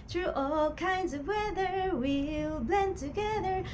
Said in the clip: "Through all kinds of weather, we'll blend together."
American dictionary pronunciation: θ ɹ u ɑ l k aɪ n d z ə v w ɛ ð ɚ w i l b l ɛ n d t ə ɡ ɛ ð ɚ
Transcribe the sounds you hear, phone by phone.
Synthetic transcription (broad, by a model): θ ɹ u ɑ l k aɪ n d z ə v w ɛ ð ɚ w i l b l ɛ n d t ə ɡ ɛ ð ɚ